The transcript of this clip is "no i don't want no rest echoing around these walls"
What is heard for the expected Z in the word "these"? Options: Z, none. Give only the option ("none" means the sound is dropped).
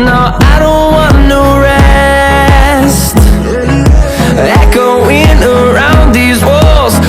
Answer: Z